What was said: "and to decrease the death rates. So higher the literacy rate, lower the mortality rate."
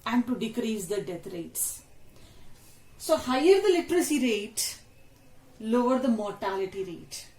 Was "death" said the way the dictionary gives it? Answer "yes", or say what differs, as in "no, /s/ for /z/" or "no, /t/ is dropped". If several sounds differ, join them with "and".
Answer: no, /t/ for /θ/